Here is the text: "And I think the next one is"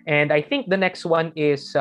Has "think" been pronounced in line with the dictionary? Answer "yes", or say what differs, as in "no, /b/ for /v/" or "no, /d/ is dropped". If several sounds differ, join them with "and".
yes